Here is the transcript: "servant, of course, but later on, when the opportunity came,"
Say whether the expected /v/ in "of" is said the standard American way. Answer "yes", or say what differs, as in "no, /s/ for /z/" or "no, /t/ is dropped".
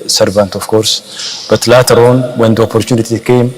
no, /f/ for /v/